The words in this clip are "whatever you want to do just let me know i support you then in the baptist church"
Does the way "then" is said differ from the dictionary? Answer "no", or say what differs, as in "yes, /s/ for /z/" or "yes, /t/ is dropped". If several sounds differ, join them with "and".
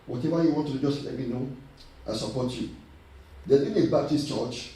yes, /n/ is dropped